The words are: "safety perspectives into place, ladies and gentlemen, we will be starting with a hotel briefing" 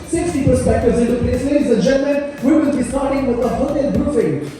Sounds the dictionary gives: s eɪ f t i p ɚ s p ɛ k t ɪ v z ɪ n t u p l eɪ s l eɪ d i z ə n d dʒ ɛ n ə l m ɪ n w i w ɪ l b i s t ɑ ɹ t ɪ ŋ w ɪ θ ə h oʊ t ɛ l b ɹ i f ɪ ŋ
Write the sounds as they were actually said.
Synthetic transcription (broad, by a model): s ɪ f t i p ɚ s p ɛ k t ɪ v z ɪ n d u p eɪ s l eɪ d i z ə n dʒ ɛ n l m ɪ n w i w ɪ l b i s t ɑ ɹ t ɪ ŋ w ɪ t ə h oʊ t ɛ l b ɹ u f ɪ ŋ